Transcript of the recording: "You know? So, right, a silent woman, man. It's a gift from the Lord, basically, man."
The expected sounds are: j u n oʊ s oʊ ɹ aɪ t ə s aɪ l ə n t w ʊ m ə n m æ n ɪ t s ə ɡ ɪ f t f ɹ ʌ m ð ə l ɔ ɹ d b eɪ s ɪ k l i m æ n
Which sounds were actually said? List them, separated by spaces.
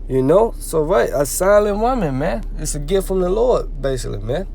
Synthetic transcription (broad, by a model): j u n oʊ s oʊ ɹ aɪ t ə s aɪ l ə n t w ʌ m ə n m æ n ɪ t s ə ɡ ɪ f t f ɹ ʌ m ð ə l ɔ ɹ d b eɪ s ɪ k l i m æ n